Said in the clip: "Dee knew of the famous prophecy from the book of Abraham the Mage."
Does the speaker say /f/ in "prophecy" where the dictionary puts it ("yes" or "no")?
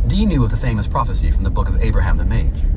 yes